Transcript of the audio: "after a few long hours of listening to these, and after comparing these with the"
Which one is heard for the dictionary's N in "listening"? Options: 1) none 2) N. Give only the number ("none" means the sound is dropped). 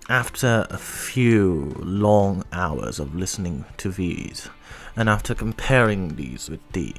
2